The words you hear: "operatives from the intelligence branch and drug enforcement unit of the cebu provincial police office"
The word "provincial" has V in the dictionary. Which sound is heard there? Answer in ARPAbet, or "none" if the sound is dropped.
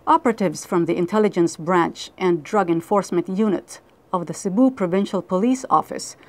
V